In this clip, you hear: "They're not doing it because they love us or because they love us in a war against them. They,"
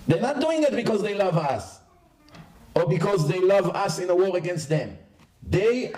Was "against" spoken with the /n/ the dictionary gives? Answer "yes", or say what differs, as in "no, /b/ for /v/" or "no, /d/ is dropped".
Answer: yes